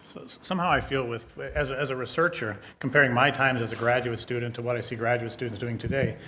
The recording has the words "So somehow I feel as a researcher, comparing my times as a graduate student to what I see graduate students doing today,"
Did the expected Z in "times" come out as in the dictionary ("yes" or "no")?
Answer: yes